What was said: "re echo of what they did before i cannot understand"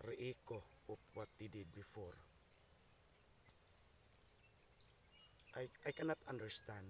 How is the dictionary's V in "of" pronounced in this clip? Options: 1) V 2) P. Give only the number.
2